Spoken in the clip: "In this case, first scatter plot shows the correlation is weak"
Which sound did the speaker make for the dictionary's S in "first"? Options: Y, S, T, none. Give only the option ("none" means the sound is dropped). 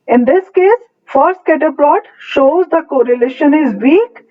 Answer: none